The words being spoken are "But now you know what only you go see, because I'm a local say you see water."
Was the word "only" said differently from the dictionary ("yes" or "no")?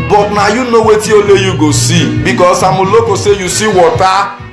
yes